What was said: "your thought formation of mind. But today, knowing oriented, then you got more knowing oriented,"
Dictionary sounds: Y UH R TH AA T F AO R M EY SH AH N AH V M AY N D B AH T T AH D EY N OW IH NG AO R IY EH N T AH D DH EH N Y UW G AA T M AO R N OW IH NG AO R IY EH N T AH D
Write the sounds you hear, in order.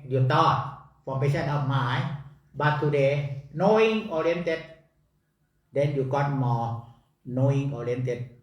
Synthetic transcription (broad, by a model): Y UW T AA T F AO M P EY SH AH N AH P M AY B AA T T AH D EY N OW IH NG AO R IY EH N T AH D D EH N Y UW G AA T M AO N OW IH NG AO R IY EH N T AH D